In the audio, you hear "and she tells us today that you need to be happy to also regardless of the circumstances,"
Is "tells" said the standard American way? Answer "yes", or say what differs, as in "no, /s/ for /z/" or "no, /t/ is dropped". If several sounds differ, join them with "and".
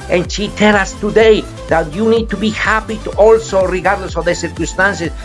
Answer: no, /z/ is dropped